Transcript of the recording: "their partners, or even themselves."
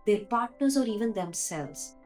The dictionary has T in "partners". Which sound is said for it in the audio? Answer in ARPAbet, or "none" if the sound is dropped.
T